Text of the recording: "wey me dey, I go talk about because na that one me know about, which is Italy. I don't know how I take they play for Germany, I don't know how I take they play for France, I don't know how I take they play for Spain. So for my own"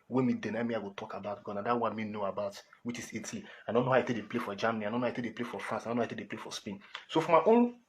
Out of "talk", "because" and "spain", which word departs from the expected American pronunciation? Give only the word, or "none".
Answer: because